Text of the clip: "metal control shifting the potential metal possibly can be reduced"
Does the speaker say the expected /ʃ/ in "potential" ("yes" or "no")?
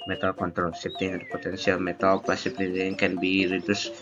no